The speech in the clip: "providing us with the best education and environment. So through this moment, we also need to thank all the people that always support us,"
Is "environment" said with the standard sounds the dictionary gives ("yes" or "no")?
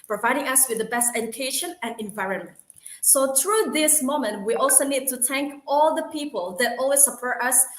yes